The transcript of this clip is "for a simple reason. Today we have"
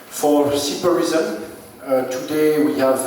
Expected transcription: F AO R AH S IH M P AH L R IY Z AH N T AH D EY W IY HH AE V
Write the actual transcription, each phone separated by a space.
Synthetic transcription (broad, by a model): F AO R AH S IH P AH R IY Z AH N T AH D EY W IY HH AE V